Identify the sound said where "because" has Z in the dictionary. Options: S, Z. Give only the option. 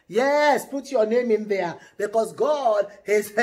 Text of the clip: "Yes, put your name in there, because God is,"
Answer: S